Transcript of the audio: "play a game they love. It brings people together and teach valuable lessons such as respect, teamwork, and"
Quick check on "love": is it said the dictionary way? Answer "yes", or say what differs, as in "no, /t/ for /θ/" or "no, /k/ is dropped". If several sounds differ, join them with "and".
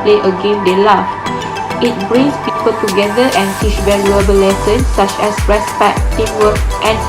no, /f/ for /v/